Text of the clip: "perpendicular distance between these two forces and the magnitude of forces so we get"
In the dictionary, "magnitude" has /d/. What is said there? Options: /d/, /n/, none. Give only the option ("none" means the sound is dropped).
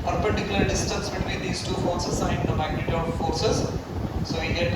none